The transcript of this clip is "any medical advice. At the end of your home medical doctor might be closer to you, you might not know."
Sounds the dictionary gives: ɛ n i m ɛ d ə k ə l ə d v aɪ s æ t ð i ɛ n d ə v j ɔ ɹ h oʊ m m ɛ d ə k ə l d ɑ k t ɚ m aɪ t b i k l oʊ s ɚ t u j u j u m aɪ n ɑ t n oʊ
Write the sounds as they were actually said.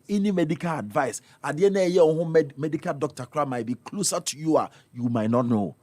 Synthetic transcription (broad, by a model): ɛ n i m ɛ d ə k ə l ə d v aɪ s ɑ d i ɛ n ə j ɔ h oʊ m m ɛ d ə k ə l d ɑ k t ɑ m aɪ t b i k l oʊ s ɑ t u j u j u m aɪ n ɑ t n oʊ